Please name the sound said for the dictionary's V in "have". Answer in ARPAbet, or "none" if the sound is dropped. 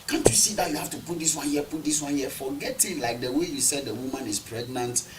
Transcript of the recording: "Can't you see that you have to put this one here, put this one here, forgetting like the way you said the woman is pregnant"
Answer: F